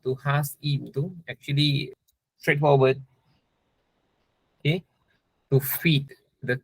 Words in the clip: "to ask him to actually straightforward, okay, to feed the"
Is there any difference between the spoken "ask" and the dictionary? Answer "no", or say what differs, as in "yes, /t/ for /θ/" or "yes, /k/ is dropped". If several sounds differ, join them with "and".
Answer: yes, /k/ is dropped